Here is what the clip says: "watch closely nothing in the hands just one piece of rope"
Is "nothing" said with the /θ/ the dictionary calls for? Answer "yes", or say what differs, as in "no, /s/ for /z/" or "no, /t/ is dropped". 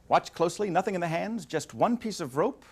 yes